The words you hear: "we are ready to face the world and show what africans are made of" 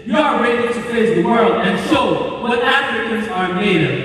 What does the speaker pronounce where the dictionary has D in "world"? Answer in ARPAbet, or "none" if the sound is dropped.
D